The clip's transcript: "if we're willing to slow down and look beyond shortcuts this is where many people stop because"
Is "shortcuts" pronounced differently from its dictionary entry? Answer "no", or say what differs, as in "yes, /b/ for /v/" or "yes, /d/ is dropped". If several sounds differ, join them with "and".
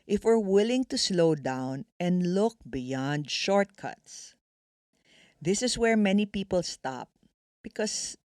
no